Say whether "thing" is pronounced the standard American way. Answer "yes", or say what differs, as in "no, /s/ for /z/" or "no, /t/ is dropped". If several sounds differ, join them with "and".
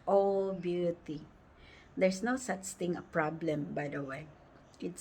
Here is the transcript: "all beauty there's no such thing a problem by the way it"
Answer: no, /t/ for /θ/